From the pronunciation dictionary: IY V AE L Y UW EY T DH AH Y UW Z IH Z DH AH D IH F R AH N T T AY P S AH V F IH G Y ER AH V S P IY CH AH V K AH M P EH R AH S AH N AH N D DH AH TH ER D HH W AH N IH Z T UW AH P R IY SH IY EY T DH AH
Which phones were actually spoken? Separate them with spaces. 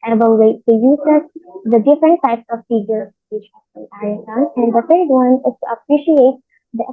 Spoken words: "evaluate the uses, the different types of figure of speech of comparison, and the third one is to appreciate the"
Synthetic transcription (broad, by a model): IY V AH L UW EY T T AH Y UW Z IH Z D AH D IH F R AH N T T AY P S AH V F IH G Y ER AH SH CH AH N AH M EH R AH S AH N AH N D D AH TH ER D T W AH N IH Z T UW AH P R IY SH IY EY T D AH